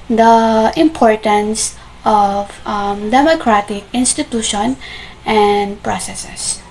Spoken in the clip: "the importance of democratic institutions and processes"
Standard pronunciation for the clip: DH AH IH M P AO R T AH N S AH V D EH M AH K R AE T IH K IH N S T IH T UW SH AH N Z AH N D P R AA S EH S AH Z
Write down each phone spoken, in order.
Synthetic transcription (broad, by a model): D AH IH M P AO R T AH N S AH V D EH M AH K R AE T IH K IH N S T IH T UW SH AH N AH N D P R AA S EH S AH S